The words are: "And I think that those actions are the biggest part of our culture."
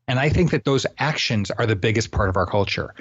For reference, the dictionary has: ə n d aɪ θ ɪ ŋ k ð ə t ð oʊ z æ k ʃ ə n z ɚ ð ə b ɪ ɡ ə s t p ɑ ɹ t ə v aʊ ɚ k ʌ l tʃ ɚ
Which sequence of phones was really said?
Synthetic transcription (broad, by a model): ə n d aɪ θ ɪ ŋ k ð ə t ð oʊ z æ k ʃ ə n z ɚ ð ə b ɪ ɡ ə s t p ɑ ɹ t ə v aʊ ɚ k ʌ l tʃ ɚ